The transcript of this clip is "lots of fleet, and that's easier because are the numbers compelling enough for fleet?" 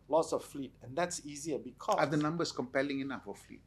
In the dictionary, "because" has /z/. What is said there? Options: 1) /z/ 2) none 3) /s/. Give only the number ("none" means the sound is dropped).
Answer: 2